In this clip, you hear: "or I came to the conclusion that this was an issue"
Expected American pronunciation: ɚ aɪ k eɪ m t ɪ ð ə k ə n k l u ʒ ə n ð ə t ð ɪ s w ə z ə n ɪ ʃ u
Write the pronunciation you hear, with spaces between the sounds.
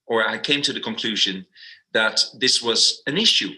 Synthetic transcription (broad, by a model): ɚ aɪ k eɪ m t ɪ ð ə k ə n k l u ʒ ə n ð ə t ð ɪ s w ə z ə n ɪ ʃ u